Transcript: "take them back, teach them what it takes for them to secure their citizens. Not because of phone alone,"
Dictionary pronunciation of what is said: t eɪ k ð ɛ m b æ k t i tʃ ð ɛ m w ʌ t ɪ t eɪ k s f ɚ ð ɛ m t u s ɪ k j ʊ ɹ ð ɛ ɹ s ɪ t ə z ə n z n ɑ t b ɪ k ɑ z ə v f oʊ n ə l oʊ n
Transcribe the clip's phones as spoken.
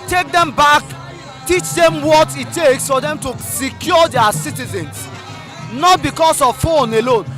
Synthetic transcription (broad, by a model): t eɪ k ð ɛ m b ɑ k t i tʃ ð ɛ m w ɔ t ɪ t eɪ k s f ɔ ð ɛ m t u s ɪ k j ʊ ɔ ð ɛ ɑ s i t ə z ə n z n ɑ t b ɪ k ɑ s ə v f oʊ n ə l oʊ n